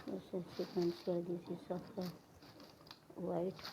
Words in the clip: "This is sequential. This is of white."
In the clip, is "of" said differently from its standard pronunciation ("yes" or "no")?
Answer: yes